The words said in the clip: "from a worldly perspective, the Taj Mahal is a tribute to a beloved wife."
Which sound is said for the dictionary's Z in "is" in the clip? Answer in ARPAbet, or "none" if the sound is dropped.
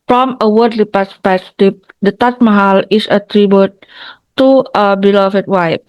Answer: S